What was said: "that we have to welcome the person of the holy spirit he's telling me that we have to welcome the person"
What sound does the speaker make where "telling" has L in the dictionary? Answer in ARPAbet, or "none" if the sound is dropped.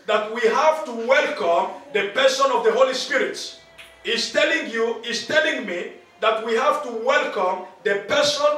L